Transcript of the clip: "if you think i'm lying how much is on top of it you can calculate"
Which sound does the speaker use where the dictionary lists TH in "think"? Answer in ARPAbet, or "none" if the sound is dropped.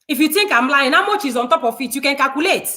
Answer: T